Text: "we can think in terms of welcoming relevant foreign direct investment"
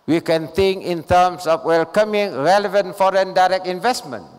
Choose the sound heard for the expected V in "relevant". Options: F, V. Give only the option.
V